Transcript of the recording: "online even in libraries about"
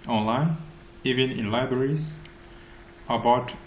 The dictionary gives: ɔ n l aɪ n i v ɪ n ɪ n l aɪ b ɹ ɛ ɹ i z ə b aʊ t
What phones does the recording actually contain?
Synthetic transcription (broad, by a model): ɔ n l aɪ n i v ɪ n ɪ n l aɪ b ɹ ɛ ɹ i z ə b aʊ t